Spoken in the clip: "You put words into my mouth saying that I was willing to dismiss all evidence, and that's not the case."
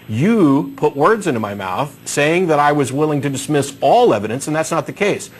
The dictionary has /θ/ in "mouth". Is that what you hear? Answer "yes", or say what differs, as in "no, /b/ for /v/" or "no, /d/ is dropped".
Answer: yes